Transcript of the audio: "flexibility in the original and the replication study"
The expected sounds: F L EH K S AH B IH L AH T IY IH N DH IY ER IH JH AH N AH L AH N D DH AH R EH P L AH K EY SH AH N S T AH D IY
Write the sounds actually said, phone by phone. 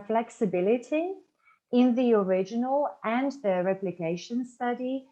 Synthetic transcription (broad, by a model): F L EH K S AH B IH L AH T IY IH N DH IY ER IH JH AH N AH L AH N DH AH R EH P L AH K EY SH AH N S T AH D IY